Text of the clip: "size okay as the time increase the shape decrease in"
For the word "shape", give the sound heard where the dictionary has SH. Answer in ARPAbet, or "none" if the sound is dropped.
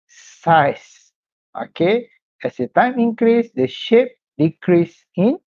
SH